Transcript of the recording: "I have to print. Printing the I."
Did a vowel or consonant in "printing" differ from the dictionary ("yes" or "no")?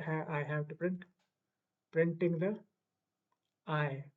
no